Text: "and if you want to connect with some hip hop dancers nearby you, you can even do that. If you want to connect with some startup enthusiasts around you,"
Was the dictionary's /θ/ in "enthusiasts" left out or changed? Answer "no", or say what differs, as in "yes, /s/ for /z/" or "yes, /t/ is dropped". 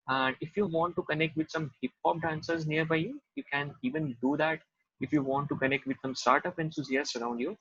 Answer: yes, /t/ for /θ/